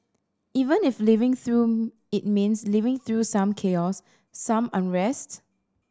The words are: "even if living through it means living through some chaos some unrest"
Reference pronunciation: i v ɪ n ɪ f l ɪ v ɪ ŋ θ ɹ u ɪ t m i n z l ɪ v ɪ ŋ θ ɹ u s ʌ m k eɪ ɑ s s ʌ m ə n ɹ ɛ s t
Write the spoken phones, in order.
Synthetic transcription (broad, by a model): i v ɪ n ɪ f l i v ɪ ŋ θ ɹ u ɪ t m i n s l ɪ v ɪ ŋ θ ɹ u s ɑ m k eɪ ɑ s s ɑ m ə n ɹ ɛ s t